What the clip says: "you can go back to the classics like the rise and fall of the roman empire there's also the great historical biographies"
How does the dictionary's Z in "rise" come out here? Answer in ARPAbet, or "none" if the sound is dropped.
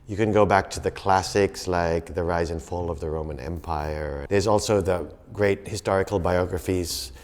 Z